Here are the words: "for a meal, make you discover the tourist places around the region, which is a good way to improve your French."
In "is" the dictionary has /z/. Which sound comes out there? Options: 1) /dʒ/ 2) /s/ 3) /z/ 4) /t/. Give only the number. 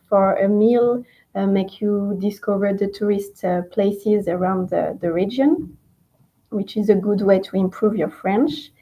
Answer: 3